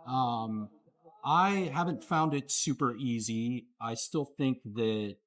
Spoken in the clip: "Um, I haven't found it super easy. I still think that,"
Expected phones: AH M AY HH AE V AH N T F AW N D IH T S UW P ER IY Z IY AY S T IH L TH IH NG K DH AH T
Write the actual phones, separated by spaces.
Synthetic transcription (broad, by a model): AH M AY HH AE V AH N T F AW N D IH T S UW P ER IY Z IY AY S T IH L TH IH NG K DH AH T